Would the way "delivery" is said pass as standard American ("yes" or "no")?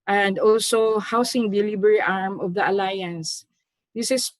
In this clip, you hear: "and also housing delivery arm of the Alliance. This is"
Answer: no